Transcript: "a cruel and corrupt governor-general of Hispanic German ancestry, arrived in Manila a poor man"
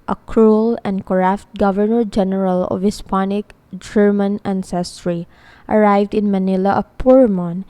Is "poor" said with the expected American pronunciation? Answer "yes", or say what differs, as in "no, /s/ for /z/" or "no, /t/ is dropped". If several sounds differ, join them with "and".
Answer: yes